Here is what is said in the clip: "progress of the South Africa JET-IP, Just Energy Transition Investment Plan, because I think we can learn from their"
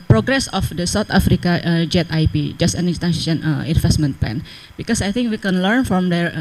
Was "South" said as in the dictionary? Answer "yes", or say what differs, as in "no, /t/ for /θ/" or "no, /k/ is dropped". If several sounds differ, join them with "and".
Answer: no, /t/ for /θ/